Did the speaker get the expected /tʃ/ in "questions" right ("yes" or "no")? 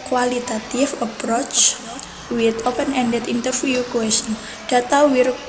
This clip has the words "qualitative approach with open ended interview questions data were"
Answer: no